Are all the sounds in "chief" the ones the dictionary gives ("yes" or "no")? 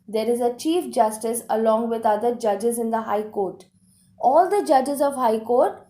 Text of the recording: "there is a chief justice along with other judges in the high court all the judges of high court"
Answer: yes